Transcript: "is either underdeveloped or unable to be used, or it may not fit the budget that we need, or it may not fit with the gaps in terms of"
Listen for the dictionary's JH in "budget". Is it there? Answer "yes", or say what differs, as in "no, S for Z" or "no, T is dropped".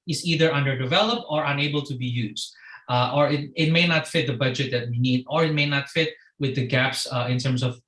yes